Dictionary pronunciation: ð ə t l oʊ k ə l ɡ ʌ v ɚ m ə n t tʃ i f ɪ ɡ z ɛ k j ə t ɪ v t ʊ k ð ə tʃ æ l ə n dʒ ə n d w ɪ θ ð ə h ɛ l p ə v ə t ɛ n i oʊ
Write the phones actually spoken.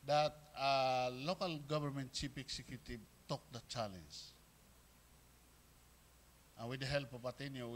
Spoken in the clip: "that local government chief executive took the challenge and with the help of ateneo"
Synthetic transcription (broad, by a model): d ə t l oʊ k ə l ɡ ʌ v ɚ m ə n t tʃ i p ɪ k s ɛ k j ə t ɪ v t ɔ k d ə tʃ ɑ l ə n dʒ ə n w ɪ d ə h ɛ l p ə p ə t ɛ n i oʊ